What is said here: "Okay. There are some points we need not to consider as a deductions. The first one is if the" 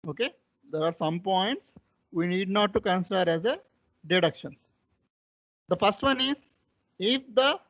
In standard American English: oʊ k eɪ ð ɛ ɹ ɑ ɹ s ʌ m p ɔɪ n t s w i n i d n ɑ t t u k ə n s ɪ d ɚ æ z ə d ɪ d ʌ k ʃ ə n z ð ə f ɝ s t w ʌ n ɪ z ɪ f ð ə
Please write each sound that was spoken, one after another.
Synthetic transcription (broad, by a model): oʊ k eɪ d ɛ ɹ ɑ ɹ s ʌ m p ɔɪ n t s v i n i d n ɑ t t u k ə n s ɪ d ɚ æ z ə d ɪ d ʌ k ʃ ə n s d ə f ɝ s t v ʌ n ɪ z ɪ f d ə